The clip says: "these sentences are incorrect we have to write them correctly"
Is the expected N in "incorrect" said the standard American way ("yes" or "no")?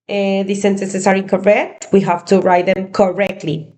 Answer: no